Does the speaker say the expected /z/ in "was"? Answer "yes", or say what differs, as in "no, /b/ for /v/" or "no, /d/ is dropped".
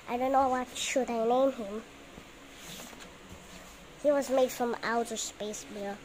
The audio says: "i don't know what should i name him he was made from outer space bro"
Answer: yes